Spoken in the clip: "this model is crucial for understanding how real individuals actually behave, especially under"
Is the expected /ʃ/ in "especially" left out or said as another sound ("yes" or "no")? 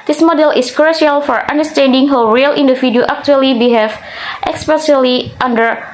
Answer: yes